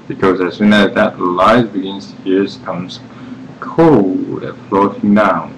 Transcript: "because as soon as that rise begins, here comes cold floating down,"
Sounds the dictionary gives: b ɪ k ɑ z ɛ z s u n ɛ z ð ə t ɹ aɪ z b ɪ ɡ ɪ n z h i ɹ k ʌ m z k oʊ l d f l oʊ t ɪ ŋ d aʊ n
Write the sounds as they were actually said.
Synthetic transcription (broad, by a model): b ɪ k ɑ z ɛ s u n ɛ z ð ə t l aɪ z b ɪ ɡ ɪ n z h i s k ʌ m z k oʊ l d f l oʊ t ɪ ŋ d aʊ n